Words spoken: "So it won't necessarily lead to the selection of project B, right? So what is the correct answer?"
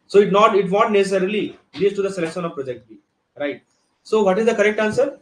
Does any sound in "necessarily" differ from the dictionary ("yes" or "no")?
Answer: no